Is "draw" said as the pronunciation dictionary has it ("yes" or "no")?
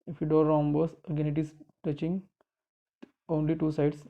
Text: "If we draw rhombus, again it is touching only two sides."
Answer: no